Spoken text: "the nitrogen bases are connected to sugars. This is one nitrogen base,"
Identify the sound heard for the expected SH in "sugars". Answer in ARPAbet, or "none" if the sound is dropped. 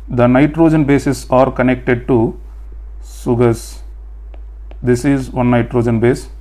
S